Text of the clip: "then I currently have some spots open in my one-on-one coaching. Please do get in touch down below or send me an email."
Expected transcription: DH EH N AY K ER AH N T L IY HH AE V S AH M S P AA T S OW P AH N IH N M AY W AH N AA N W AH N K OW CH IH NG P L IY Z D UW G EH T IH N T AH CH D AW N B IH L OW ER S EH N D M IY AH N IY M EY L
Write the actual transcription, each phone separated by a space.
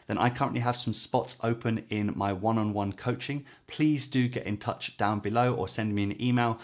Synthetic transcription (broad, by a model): DH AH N AY K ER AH N T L IY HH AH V S AH M S P AA T S OW P AH N IH N M AY W AH N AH N W AH N K OW CH IH NG P L IY Z D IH G EH T IH N T AH CH D AW N B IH L OW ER S EH N D M IY AH N IY M EY L